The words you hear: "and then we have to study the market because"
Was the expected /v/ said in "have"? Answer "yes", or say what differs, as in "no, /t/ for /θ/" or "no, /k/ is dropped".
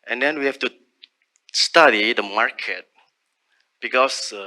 no, /f/ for /v/